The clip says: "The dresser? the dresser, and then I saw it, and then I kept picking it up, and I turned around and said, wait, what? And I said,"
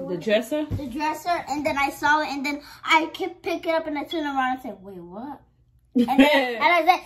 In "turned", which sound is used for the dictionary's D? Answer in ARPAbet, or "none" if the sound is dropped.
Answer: none